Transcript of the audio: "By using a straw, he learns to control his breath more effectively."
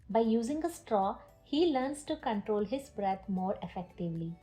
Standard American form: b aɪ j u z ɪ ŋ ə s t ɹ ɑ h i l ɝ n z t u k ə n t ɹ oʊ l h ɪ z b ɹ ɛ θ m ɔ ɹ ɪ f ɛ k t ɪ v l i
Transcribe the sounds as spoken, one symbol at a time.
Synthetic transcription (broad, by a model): b aɪ j u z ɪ ŋ ə s t ɹ ɑ h i l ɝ n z t u k ə n t ɹ oʊ l h ɪ z b ɹ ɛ t m ɔ ɹ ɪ f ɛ k t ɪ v l i